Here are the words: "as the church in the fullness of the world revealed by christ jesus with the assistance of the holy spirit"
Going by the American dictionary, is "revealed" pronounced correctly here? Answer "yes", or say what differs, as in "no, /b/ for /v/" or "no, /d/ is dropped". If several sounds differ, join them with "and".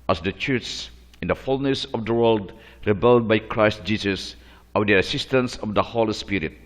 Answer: no, /b/ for /v/